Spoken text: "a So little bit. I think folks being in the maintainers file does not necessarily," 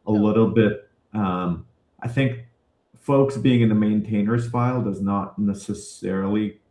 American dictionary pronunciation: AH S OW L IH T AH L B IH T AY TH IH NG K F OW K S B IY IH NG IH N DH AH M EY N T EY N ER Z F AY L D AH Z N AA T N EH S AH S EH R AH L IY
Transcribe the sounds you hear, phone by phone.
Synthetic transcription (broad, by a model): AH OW L IH T L B IH T AY TH IH NG K F OW K S B IY IH NG IH N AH M EY N T EY N ER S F AY L D AH Z N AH T N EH S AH S EH R L IY